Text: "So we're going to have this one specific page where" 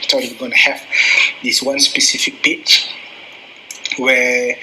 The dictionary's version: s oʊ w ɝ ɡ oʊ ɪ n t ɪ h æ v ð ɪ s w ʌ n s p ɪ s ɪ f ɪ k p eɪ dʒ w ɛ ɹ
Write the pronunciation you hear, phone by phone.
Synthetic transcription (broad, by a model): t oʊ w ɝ ɡ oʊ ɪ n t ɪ h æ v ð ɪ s w ʌ n s p ɪ s ɪ f ɪ k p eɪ tʃ w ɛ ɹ